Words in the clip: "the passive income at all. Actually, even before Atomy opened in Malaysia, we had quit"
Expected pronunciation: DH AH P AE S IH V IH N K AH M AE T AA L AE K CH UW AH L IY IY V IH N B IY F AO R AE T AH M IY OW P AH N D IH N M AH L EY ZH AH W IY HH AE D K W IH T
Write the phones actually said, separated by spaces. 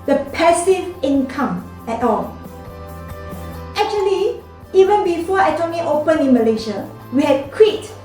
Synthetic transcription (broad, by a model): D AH P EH S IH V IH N K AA M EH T AA L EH K CH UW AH L IY IY V IH N B IY F AO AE T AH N IY OW P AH N IH N M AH L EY SH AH W IY HH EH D K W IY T